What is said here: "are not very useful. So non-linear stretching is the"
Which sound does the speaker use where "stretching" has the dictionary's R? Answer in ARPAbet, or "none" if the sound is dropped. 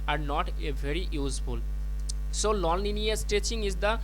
none